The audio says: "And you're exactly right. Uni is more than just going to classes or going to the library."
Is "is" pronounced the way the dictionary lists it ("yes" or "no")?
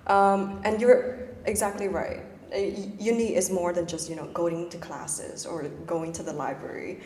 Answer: yes